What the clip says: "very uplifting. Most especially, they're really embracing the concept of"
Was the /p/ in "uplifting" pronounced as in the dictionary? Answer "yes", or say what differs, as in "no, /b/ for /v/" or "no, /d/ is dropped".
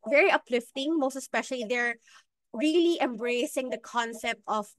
yes